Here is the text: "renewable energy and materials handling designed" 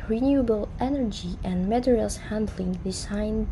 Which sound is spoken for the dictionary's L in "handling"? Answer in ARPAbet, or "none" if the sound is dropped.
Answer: L